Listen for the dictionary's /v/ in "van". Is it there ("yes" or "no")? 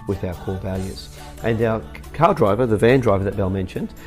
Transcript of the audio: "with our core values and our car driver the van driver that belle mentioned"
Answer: yes